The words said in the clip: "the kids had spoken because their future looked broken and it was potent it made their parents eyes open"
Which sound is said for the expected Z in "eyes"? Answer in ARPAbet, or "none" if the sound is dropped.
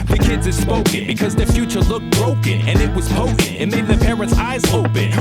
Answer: Z